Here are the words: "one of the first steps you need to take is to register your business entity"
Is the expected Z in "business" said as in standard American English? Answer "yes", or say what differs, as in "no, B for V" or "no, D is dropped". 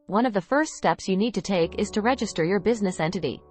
yes